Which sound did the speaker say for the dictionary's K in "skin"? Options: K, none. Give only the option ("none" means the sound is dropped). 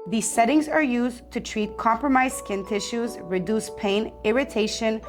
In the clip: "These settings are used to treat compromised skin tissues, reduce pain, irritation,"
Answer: K